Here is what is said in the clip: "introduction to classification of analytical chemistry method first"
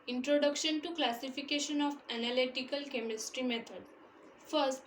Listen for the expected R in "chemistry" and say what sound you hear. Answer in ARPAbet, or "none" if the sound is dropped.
R